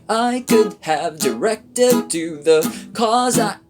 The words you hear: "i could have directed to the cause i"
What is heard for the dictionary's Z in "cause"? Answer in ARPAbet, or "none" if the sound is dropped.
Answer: Z